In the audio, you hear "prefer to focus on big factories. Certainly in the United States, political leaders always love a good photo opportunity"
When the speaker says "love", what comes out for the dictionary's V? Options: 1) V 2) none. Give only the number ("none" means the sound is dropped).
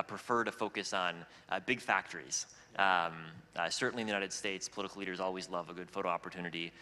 1